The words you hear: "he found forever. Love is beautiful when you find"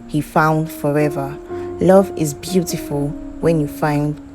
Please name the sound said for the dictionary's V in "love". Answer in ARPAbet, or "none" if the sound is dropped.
V